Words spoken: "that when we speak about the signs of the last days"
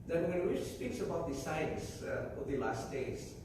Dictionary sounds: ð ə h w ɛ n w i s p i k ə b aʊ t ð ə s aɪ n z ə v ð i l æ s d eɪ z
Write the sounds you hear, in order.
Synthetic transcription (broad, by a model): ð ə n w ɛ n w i s p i k ə b aʊ t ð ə s aɪ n s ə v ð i l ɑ s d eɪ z